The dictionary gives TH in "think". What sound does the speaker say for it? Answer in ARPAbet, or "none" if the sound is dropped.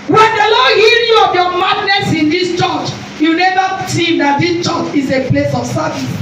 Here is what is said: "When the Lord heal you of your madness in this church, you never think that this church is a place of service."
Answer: S